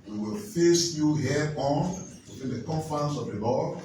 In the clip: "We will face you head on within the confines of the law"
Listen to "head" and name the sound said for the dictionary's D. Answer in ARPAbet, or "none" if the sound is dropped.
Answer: none